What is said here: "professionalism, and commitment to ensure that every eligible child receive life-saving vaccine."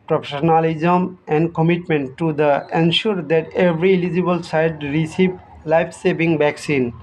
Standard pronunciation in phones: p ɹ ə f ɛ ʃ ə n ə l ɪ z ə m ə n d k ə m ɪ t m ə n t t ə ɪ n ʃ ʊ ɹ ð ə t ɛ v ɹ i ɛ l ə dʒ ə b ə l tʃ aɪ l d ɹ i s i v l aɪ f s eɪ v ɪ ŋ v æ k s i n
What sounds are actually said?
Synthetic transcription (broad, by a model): p ɹ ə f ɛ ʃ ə n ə l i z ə m ə n d k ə m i t m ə n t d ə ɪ n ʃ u ɹ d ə t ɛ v ɹ i l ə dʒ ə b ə l s aɪ d ɹ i s i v l aɪ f s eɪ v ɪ ŋ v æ k s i n